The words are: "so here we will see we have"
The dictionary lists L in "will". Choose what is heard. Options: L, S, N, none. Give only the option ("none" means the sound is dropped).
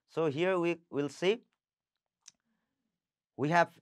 L